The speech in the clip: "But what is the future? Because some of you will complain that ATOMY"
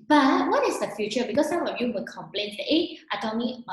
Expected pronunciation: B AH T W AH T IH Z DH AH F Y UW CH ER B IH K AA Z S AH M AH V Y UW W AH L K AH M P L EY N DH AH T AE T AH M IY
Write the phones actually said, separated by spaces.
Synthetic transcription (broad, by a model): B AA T W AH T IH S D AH F Y UW CH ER B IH K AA S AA M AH F Y UW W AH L K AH M P L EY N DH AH T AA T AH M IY